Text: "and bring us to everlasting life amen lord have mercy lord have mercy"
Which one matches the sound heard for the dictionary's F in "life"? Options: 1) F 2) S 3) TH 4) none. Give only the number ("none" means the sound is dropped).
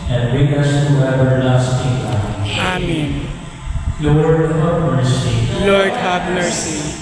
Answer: 4